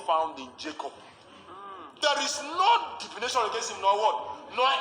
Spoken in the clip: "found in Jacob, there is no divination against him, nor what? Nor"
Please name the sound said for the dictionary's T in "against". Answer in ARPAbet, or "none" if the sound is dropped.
none